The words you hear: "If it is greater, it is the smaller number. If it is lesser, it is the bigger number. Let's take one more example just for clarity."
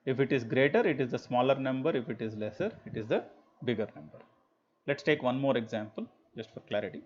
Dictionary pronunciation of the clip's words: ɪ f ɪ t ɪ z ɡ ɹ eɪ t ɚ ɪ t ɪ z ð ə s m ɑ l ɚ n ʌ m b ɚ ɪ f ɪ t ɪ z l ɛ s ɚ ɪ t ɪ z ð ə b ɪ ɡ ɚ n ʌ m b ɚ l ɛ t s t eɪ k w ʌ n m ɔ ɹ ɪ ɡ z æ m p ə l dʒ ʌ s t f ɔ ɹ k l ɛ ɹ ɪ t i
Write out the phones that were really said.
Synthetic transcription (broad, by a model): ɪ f ɪ t ɪ z ɡ ɹ eɪ t ɚ ɪ t ɪ z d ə s m ɑ l ɚ n ʌ m b ɚ ɪ f ɪ t ɪ z l ɛ s ɚ ɪ t ɪ z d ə b ɪ ɡ ɚ n ʌ m b ɚ l ɛ t s t eɪ k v ʌ n m ɔ ɹ ɪ ɡ z æ m p ə l dʒ ʌ s t f ɔ ɹ k l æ ɹ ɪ t i